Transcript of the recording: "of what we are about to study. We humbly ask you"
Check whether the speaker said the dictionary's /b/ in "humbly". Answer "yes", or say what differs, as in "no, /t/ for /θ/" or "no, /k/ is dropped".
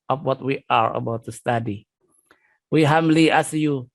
no, /b/ is dropped